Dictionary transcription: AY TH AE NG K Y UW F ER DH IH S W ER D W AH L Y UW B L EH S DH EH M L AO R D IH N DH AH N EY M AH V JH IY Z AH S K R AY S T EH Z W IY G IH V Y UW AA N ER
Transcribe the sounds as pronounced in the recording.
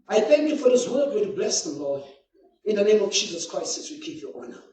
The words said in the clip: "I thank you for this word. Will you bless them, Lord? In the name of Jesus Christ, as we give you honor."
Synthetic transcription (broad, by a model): AY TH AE NG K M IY F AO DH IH S W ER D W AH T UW B L EH S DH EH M L AO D IH N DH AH N EY M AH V JH IY Z AH S K R AY S T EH S W IY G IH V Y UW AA N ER